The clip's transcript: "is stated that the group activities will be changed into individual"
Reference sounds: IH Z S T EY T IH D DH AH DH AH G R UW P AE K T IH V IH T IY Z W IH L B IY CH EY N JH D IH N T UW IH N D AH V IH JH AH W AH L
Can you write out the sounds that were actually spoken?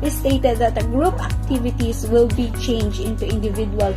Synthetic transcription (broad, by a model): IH S T EY T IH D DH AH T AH G R UW P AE K T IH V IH T IY S W IH L B IY CH EY N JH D IH N T UW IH N D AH V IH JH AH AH L